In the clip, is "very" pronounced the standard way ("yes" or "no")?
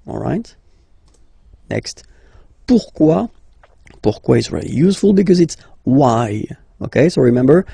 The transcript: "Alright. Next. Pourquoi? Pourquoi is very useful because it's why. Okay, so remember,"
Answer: no